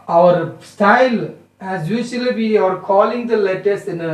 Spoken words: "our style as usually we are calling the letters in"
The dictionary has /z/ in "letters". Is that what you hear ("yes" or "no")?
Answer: no